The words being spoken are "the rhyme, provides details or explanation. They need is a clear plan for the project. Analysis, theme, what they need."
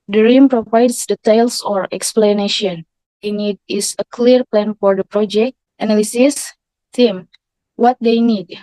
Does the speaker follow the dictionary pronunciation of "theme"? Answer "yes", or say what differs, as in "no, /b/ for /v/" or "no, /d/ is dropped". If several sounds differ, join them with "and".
no, /t/ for /θ/